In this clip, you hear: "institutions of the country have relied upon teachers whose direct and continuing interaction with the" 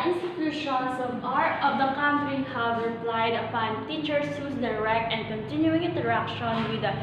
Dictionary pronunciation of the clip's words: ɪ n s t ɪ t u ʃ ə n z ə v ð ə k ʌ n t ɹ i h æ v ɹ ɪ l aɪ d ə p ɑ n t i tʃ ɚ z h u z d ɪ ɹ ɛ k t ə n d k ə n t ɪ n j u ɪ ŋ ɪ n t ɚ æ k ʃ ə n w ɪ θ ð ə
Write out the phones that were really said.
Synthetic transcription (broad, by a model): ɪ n s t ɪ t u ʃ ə n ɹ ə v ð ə k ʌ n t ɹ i h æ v ɹ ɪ l aɪ d ə p ɑ n t i tʃ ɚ s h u s d ɪ ɹ ɛ k t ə n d k ə n t ɪ n j u ɪ ŋ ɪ n t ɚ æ k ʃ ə n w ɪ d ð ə